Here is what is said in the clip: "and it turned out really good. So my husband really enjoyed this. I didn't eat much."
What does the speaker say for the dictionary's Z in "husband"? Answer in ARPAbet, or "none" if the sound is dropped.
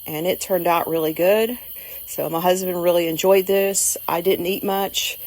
Z